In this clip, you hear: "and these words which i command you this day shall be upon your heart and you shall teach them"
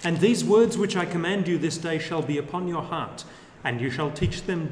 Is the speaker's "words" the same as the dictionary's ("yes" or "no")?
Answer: yes